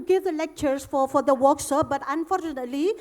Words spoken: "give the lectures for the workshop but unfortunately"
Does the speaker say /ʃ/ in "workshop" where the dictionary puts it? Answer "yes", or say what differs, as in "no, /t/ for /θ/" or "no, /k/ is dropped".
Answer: no, /s/ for /ʃ/